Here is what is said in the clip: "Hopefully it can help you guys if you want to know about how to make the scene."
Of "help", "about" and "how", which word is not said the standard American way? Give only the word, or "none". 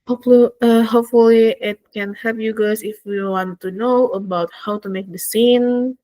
help